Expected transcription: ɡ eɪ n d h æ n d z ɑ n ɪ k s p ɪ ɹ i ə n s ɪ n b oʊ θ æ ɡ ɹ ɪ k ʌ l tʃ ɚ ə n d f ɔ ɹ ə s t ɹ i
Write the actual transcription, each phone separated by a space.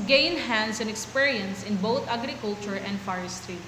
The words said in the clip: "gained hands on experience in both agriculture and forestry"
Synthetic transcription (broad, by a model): ɡ eɪ n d h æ n d s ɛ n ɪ k s p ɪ ɹ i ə n s ɪ n b oʊ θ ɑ ɡ ɹ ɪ k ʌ l tʃ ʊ ə n d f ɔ ɹ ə s t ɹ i